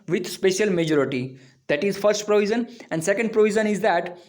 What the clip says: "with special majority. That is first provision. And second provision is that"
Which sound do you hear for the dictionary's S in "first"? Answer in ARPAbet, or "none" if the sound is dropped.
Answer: S